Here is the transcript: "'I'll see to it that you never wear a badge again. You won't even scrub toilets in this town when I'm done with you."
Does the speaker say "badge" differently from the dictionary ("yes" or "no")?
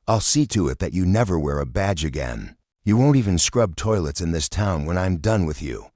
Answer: no